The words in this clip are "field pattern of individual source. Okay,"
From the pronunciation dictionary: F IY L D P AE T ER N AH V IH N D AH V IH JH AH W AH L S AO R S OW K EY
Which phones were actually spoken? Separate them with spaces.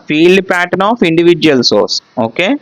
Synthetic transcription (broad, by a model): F IY L D P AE T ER N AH F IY N D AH V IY JH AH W AH L S AO R S OW K EY